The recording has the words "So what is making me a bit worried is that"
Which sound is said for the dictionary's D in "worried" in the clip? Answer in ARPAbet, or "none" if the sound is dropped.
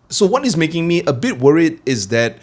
D